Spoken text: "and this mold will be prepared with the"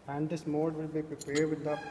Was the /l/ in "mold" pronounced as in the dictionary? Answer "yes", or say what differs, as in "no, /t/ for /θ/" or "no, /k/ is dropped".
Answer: no, /l/ is dropped